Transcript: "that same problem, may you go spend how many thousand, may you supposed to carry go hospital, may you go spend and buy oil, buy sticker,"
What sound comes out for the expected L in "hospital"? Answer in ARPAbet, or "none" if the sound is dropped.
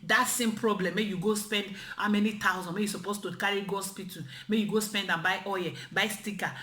N